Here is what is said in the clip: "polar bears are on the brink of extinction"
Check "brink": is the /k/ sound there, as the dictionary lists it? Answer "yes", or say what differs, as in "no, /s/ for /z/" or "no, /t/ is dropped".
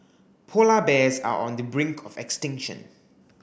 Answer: yes